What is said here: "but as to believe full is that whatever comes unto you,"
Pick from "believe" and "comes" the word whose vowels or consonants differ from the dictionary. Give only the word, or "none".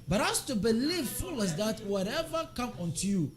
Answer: comes